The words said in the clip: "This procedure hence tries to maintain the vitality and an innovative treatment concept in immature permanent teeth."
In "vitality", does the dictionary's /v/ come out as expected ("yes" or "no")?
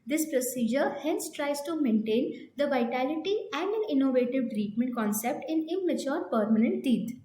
yes